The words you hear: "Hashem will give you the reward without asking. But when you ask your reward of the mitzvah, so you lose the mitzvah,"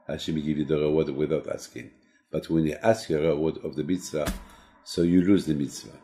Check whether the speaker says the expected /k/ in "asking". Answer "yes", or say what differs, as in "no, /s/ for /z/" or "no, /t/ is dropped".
yes